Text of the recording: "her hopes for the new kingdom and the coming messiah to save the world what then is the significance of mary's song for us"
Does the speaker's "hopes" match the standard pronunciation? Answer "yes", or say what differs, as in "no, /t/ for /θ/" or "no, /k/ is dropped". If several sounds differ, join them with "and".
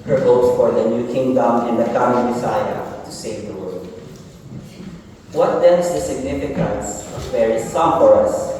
no, /p/ is dropped